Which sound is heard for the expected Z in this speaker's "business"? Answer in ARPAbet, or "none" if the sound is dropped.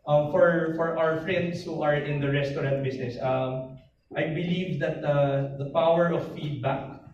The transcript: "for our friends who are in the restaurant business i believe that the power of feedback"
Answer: S